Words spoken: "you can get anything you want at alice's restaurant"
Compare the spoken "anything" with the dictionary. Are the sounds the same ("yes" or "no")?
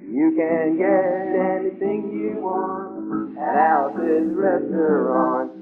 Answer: yes